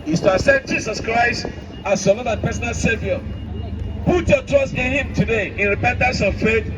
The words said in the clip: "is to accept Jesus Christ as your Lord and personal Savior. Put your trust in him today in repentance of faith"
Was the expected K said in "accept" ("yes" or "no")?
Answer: no